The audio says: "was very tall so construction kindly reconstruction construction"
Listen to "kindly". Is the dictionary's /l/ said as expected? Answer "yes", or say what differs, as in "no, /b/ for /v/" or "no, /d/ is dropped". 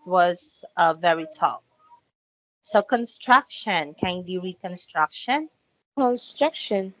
no, /l/ is dropped